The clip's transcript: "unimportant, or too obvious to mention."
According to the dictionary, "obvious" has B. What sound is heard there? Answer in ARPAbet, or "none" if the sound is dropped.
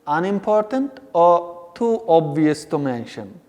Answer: B